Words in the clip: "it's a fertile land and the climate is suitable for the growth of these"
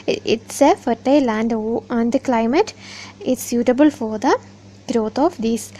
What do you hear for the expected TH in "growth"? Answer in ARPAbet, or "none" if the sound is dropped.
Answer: T